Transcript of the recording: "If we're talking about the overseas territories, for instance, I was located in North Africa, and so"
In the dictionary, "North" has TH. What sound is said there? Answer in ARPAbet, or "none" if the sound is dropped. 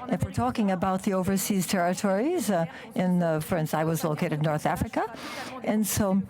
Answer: TH